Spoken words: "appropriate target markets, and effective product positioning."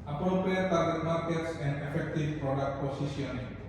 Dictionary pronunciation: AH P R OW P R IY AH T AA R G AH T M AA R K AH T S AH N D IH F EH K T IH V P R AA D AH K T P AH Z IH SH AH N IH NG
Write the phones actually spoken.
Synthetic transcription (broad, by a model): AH P R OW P R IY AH T AA R G AH T M AA R K AH T S AH N D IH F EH K T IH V P R AA D AH K T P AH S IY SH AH N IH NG